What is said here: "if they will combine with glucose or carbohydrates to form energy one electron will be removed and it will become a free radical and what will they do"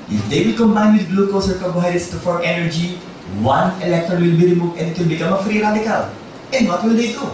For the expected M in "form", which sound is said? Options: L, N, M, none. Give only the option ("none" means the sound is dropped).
none